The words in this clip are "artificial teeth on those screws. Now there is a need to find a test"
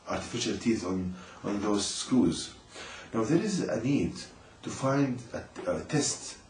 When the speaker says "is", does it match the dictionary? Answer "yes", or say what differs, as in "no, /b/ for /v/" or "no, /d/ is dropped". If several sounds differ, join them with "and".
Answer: yes